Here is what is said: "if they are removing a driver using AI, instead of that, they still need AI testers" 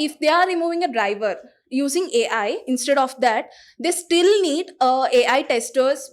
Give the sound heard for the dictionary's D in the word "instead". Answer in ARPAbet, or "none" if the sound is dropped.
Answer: D